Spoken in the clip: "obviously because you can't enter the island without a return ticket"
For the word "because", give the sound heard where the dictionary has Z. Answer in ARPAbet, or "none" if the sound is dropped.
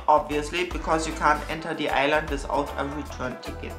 S